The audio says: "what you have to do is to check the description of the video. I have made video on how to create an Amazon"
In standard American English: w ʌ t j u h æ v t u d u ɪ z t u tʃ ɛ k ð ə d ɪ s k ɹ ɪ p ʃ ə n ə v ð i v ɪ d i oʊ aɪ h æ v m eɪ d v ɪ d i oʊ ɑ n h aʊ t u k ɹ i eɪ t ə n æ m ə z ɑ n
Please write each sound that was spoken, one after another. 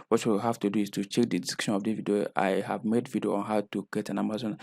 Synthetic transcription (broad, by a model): w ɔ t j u h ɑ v t u d u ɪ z t u tʃ ɛ k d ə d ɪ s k ɪ ʃ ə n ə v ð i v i d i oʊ aɪ h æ v m eɪ d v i d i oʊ ɑ n h aʊ t u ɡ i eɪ t ə n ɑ m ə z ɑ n